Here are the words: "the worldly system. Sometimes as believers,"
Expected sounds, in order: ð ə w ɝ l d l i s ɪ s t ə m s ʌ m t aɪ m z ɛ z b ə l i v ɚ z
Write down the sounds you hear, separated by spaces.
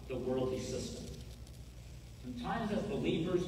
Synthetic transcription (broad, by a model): ð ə w ɝ l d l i s ɪ s t ə m s ʌ m t aɪ m z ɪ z b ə l i v ɚ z